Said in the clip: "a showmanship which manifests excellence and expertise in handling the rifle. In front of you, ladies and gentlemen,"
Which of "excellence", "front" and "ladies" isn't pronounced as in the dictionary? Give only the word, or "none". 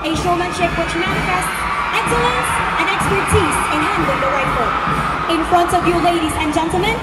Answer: none